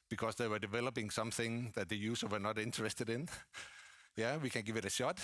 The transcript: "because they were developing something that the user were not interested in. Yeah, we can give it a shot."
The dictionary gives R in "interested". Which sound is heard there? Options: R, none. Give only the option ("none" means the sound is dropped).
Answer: R